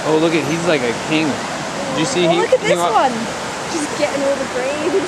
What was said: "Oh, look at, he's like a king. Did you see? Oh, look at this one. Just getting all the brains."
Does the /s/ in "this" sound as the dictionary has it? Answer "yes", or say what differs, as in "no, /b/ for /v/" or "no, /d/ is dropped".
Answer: no, /s/ is dropped